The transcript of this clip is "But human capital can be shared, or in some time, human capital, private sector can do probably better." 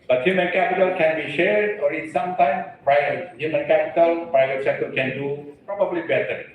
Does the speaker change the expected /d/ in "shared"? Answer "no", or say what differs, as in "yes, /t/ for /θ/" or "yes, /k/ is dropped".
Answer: no